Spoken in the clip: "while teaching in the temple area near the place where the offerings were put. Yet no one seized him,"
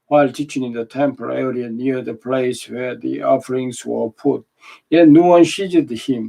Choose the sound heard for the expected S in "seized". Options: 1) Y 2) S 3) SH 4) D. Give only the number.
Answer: 3